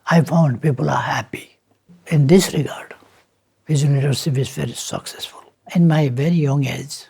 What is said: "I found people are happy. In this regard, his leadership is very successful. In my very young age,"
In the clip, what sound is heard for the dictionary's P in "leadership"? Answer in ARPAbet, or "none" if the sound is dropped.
F